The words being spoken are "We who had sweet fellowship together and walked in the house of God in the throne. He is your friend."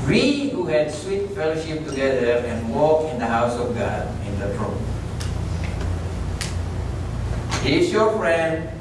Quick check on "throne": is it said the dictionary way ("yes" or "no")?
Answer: no